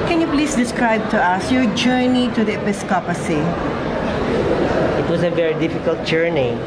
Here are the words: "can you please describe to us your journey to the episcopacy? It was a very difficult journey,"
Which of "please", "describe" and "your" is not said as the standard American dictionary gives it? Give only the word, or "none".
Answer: please